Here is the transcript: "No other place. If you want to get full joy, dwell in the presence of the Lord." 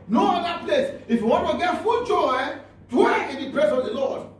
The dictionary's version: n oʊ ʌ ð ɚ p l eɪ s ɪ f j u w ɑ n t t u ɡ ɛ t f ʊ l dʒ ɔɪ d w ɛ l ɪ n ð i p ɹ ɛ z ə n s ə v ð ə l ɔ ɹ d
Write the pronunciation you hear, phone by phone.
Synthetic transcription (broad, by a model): n oʊ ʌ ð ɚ p l eɪ s ɪ f j u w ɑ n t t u ɡ ɛ t f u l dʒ ɔɪ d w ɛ ɪ n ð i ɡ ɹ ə s ə v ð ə l ɔ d